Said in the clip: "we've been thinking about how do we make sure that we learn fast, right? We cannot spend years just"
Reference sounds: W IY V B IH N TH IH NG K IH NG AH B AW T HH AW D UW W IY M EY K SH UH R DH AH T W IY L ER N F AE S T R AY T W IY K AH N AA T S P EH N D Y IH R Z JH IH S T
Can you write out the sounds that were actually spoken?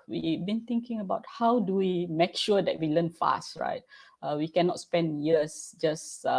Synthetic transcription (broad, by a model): W IY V B IH N T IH NG K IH NG AH B AW T HH AW D UW W IY M EY K SH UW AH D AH T W IY L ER N F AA S T R AY T W IY K AH N AA T S P EH N D Y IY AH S JH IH S